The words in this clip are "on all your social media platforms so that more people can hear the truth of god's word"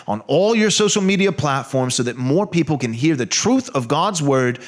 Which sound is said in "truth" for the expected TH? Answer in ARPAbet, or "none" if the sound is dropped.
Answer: TH